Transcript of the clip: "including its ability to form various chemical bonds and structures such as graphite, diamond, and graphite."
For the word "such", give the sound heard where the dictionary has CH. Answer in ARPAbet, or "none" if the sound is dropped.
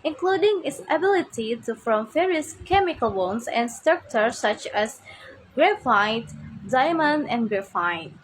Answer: CH